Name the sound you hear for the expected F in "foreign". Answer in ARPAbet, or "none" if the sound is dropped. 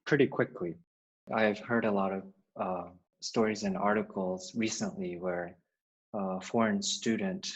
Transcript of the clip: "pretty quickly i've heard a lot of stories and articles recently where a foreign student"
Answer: F